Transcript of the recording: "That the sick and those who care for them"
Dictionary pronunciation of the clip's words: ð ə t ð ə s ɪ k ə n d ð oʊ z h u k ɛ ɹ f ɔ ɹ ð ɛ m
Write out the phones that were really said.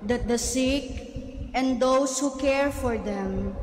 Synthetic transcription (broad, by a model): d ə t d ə s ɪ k ə n d oʊ s h u k ɛ ɹ f ɔ ɹ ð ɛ m